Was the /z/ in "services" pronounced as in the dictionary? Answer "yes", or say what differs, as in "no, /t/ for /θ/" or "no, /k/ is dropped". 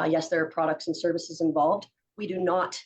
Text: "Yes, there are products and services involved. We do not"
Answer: yes